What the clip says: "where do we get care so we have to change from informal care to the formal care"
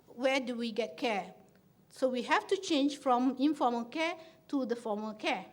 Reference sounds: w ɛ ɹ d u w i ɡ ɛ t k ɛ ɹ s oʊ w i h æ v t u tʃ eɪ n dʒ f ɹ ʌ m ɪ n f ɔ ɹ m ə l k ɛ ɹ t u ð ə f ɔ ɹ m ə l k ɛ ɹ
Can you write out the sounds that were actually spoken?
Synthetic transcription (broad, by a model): w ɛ d u w i ɡ ɛ t k ɛ s oʊ w i h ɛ f t u tʃ eɪ n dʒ f ɹ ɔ m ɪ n f ɔ m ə l k ɛ t u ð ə f ɔ m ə l k ɛ